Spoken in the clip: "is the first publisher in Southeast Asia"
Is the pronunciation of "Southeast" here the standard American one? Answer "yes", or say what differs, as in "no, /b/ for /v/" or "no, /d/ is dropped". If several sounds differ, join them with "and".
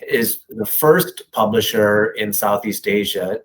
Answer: yes